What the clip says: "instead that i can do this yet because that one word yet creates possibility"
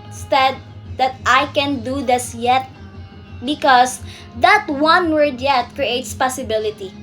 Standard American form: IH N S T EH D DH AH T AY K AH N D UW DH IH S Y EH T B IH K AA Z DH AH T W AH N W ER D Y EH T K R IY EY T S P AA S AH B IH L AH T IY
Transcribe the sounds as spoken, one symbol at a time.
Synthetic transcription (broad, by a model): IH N S T EH D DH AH T AY K AH N D UW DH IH S Y EH T B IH K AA S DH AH T W AH N W ER D Y EH T K R IY EY T S P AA S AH B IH L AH T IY